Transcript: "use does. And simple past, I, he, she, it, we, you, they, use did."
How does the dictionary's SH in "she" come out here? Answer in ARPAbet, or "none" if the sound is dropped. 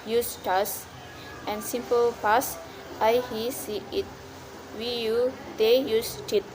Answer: S